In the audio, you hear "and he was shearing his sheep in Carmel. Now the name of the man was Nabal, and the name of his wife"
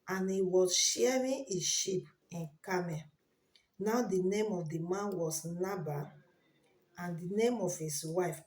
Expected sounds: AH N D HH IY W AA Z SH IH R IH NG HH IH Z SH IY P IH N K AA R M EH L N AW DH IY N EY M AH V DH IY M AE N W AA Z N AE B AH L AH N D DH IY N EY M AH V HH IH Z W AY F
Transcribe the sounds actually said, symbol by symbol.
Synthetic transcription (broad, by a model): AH N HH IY W AA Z SH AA R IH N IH SH IY P IH N K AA M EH N AW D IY N EY M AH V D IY M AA N W AA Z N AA B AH AH N D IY N EY M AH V HH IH S W AY F